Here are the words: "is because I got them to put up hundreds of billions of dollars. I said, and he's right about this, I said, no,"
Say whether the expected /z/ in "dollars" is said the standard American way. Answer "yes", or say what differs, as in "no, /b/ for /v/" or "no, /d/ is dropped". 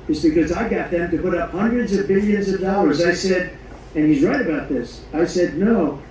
yes